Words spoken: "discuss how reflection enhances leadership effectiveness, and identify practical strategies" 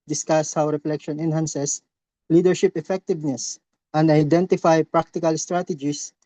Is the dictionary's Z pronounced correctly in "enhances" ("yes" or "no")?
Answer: no